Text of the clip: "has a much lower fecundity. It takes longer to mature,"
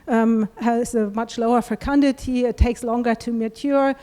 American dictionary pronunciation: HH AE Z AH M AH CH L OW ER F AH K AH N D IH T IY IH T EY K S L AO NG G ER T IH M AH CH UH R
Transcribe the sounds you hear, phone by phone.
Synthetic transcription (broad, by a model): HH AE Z AH M AH CH L OW ER F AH K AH N D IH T IY IH T EY K S L AO NG G ER T IH M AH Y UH R